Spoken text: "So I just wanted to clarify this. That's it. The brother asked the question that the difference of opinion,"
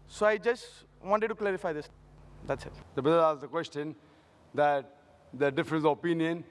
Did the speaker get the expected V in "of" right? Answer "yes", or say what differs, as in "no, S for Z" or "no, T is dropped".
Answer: no, P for V